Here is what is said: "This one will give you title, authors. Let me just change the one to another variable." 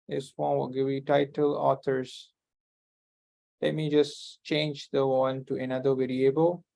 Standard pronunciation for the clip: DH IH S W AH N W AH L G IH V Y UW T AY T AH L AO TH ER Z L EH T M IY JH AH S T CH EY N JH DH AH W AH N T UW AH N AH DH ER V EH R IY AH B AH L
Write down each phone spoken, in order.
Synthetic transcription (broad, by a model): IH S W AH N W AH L G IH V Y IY T AY T AH L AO T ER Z L EH T M IY JH AH S T CH EY N JH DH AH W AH N T UW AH N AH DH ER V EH R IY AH B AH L